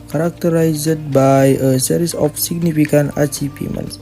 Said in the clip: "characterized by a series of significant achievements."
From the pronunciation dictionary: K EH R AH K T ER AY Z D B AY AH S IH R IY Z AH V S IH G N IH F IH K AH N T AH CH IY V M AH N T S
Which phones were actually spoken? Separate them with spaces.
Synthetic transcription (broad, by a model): K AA R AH K T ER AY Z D B AY AH S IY R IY S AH F S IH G N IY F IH K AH N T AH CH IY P M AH N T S